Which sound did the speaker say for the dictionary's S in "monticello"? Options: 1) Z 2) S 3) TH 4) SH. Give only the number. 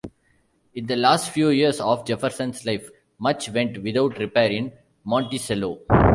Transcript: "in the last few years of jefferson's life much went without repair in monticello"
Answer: 2